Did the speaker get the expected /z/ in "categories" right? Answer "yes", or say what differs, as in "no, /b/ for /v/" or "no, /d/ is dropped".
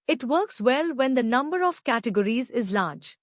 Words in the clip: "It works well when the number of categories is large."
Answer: yes